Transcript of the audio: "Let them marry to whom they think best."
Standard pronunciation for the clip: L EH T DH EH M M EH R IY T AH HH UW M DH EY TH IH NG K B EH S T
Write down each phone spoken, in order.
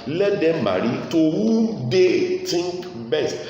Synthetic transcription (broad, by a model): L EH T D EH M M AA R IY T AH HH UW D EY T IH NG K B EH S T